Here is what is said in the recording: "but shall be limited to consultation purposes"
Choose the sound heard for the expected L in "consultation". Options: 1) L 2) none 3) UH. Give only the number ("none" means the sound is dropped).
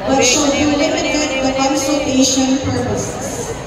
2